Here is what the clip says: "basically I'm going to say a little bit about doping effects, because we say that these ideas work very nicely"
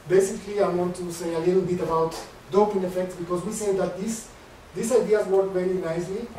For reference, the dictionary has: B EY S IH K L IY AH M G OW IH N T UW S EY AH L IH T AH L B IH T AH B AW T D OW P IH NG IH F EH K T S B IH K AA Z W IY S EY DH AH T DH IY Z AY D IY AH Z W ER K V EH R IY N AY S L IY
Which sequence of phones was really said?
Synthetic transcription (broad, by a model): B EY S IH K L IY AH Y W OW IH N T UW S EY AH L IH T L B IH T AH B AW T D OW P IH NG IH F EH K T S B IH K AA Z W IY S EY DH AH T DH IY S AY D IY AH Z W ER K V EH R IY N AY S L IY